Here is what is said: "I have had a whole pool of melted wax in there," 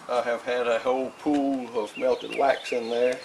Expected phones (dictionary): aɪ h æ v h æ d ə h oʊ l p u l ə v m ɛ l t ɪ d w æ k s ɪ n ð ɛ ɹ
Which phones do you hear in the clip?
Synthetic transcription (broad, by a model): aɪ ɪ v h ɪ d ə h oʊ l p u l ə v m ɛ l t ɪ d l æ k s ɪ n ð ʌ ɹ